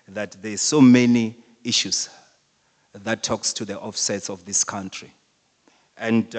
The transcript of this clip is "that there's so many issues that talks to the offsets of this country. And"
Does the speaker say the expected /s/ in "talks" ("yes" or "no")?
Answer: yes